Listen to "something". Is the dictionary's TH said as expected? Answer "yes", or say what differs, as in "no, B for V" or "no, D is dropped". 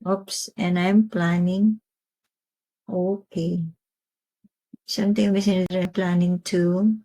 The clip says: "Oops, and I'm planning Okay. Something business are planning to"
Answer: no, T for TH